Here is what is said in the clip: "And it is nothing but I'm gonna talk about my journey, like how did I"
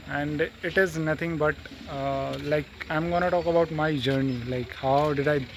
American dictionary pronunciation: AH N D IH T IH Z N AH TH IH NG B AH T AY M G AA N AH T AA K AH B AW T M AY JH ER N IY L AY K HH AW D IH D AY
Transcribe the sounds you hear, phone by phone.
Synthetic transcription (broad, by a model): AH N D IH T IH Z N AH T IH NG B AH T AY M G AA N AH T AA K AH B AW T M AY JH ER N IY L AY K HH AW D IH D AY